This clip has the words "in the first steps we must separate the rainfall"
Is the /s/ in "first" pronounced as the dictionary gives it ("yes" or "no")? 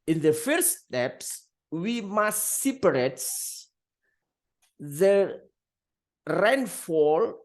no